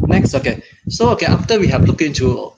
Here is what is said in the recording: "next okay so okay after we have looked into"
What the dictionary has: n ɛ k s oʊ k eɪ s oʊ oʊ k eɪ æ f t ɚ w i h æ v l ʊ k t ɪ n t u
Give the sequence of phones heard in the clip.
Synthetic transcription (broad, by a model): n ɛ k s oʊ k eɪ s oʊ oʊ k eɪ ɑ f t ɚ w i h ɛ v l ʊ k ɪ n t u